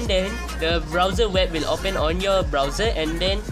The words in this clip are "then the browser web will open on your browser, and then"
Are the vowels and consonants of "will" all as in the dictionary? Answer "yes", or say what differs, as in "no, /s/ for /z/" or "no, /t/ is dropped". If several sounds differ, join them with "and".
yes